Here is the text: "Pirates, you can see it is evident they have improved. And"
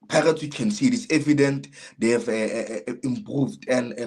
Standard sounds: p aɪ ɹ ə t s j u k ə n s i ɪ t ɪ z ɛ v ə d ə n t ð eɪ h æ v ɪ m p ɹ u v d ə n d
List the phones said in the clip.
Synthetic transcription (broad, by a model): p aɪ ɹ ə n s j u k ə n s i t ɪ s ɛ v ə d ə n t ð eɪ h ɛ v ɪ m p ɹ u v d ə n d